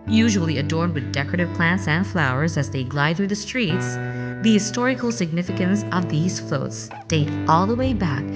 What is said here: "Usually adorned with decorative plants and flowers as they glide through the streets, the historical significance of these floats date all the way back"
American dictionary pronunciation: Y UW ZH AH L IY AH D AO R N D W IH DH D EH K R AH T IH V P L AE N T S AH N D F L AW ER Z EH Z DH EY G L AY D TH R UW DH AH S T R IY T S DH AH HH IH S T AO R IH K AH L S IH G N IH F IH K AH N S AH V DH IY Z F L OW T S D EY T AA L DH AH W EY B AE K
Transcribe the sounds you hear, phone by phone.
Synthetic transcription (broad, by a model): Y UW ZH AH L IY AH D AO R N D W IH DH D EH K R AH T IH V P L AE N T S AH N D F L AW ER Z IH Z DH EY G L AY D TH R UW DH AH S T R IY T S DH AH HH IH S T AO R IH K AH L S IH G N IH F IH K AH N S AH V DH IY Z F L OW T S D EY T AA L DH AH W EY B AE K